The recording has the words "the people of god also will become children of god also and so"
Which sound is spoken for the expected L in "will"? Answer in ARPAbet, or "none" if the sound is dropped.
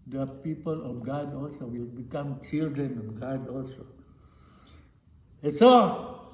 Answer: L